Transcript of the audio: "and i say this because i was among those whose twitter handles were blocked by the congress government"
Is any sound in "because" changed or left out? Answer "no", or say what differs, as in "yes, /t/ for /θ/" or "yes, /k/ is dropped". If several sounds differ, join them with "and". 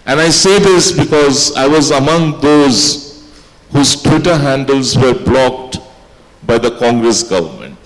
no